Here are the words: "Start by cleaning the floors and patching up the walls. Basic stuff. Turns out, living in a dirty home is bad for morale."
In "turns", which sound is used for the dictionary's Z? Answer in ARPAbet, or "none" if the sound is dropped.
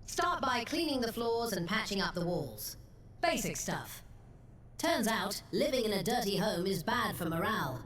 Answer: Z